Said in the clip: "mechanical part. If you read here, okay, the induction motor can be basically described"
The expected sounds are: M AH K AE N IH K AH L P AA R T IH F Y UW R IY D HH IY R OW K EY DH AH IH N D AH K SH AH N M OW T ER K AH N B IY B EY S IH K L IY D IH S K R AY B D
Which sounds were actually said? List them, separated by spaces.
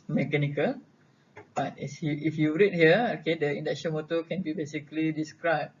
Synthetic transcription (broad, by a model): M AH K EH N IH K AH L B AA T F IH F Y UW R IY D HH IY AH OW K EY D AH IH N D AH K S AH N M OW T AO K AH N B IY B EY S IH K L IY D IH S K R AY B